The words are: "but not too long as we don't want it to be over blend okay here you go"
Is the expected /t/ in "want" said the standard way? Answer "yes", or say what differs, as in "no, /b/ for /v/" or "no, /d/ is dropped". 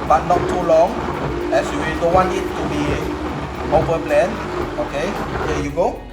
no, /t/ is dropped